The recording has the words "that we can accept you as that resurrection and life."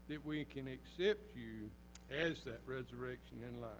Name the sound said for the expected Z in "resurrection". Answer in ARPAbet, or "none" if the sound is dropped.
Z